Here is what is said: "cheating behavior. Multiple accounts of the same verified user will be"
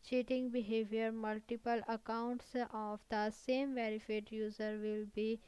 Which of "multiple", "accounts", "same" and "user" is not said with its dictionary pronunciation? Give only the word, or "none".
none